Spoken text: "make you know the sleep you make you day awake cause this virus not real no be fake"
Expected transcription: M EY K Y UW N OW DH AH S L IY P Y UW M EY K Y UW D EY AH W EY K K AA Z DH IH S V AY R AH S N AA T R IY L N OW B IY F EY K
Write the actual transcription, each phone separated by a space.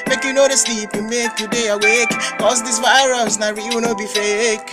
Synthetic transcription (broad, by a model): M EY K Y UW N OW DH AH S L IY P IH M EY K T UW D EY AH W EY K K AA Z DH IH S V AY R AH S N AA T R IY W N OW B IY F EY K